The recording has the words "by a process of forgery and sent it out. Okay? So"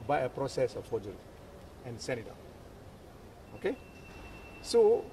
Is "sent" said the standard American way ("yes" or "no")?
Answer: no